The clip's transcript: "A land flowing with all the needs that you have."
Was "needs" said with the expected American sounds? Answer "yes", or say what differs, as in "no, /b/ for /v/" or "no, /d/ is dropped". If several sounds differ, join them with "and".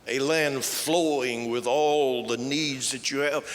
yes